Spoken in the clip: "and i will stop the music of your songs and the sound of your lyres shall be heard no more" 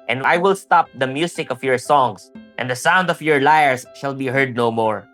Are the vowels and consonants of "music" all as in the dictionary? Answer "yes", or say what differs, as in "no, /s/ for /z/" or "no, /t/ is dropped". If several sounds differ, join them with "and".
no, /s/ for /z/